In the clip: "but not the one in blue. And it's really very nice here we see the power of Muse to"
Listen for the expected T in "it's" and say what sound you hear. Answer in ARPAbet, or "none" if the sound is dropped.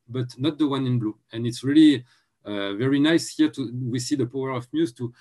T